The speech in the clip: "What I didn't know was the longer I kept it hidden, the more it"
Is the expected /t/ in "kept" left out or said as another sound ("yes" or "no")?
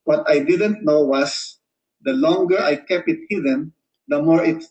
yes